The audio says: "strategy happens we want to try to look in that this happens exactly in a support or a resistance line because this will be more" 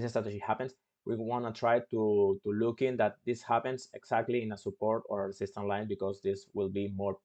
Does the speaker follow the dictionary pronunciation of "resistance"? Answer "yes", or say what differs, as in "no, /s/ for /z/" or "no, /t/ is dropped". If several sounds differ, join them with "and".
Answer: no, /s/ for /z/